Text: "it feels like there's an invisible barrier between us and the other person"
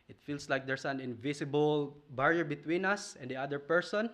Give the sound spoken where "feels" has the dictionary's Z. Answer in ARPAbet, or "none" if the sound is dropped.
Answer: S